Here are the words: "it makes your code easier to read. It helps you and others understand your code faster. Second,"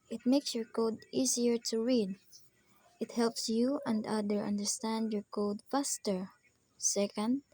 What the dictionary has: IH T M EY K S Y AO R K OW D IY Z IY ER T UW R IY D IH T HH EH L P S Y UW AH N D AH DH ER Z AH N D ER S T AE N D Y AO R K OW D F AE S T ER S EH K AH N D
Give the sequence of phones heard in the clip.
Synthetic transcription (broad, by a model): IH T M EY K S Y AO R K OW D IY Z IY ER T UW R IY D IH T HH EH L P S Y UW AH N D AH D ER AH N D ER S T AE N D Y AO R K OW D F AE S T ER S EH K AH N D